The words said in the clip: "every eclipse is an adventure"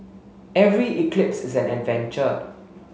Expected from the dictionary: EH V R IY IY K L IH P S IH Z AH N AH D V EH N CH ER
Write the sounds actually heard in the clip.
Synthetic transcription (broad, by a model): EH V R IY IY K L IH P S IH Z AH N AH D V EH N CH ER